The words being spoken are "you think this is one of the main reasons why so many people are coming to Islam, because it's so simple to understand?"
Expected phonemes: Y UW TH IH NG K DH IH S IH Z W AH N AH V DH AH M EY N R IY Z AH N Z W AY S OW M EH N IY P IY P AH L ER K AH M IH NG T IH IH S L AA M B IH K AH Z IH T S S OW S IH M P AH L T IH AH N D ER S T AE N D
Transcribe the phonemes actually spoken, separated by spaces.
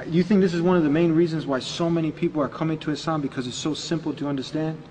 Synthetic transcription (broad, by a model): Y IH TH IH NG K DH IH S IH Z W AH N AH V DH AH M EY N R IY Z AH N Z W AY S OW M EH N IY P IY P L ER K AH M IH NG T IH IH S AA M B IH K AH Z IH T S S OW S IH M P L T IH AH N D ER S T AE N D